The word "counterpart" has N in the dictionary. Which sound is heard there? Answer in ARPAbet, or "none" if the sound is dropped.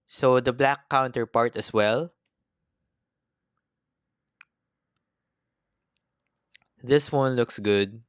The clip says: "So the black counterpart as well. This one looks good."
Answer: N